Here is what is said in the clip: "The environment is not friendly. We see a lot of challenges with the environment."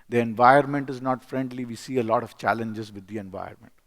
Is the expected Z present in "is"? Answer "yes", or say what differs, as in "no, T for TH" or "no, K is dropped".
yes